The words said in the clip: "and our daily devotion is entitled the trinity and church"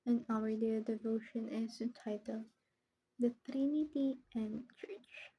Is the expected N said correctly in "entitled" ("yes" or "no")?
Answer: no